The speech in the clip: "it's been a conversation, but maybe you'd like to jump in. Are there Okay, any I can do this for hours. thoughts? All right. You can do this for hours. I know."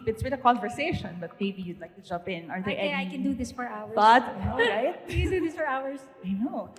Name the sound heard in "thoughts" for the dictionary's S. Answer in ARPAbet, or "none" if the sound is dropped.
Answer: none